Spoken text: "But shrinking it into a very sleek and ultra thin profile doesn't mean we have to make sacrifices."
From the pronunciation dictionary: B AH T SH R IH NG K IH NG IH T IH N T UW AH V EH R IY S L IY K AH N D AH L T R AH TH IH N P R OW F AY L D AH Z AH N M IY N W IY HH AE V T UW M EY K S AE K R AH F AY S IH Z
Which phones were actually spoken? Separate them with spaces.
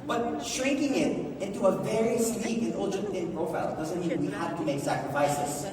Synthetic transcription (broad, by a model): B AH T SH R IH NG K IH NG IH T IH N T UW AH V EH R IY S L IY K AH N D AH N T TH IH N P R OW F AY L D AH Z AH N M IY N W IY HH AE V T UW M EY K S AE K R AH F AY S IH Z